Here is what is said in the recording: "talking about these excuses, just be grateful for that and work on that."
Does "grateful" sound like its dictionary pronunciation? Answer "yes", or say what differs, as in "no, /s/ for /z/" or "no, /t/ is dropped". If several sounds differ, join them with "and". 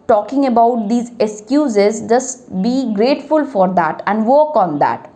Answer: yes